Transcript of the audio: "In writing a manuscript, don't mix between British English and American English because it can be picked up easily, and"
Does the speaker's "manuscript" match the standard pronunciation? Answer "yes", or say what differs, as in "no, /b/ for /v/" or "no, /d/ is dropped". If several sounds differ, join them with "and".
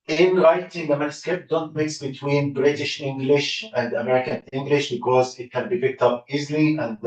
no, /ɹ/ is dropped